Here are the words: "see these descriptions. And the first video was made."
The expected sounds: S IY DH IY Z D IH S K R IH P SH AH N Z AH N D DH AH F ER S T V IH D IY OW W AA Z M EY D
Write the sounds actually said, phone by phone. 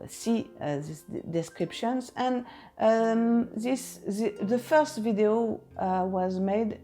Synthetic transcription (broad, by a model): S IY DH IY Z D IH S K R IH P SH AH N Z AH N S DH AH F ER S T V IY D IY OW W AA Z M EY D